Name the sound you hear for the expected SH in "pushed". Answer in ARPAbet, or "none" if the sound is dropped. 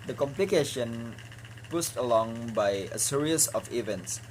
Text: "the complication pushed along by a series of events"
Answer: S